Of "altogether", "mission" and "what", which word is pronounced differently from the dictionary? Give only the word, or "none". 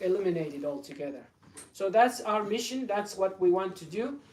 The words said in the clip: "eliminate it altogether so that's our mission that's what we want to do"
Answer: none